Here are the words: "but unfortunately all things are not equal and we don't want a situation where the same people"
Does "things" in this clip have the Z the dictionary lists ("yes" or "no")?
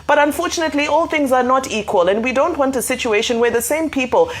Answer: yes